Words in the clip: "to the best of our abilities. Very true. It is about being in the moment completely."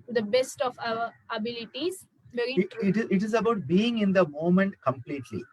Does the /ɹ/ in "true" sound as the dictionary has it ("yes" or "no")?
no